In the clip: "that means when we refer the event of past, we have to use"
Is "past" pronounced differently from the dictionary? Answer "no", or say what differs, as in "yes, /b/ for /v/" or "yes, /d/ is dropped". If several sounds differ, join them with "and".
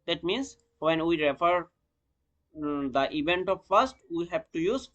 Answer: yes, /f/ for /p/